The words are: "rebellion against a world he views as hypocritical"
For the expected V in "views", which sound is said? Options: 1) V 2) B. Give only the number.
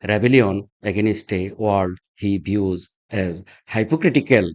2